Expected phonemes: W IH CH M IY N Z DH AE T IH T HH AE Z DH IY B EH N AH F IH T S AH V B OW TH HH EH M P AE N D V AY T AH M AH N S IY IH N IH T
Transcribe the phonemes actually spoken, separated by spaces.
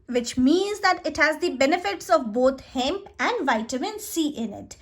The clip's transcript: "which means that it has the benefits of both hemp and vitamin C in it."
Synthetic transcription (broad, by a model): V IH CH M IY N Z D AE T IH T HH AE Z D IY B EH N AH F IH T S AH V B OW T HH EH M P AE N D V AY T AH M AH N S IY IH N IH T